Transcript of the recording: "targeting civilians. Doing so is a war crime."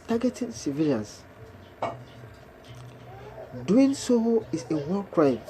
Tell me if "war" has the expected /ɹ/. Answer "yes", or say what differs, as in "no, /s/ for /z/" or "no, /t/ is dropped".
no, /l/ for /ɹ/